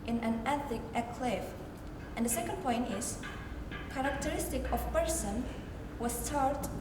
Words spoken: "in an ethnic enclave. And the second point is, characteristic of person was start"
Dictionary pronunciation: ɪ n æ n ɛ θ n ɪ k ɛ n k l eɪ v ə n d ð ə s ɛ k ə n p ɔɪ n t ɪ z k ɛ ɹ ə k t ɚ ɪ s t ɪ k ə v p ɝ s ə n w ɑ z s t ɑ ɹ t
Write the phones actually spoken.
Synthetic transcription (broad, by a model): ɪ n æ n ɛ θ ɪ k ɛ k l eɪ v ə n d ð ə s ɛ k ə n p ɔɪ n t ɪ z k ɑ ɹ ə k t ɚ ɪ s t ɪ k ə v p ɝ s ə n w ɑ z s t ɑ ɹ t